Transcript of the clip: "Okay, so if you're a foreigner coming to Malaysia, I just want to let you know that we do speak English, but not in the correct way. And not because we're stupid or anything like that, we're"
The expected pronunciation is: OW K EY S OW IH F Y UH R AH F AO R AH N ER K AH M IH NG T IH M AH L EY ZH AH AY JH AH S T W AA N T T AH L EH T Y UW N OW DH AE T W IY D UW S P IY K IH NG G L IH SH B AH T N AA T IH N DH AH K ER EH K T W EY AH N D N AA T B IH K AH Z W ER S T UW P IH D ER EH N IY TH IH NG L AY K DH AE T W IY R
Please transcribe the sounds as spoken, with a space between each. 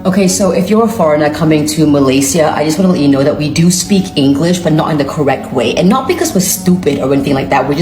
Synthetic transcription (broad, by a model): OW K EY S OW IH F Y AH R AH F AO R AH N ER K AH M IH NG T IH M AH L EY S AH AY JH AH S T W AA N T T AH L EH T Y N OW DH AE T W IY D UW S P IY K IH NG G L IH SH B AH T N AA T IH N DH AH K ER EH K T W EY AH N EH N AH T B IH K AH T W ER S T UW P IH D ER EH N IY TH IH NG L AY K DH AE T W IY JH